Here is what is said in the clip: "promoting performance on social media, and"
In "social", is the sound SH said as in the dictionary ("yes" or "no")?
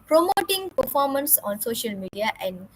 yes